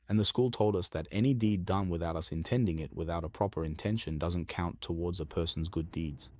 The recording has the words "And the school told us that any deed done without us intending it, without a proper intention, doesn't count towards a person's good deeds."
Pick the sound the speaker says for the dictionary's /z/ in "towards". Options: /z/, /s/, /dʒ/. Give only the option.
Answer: /z/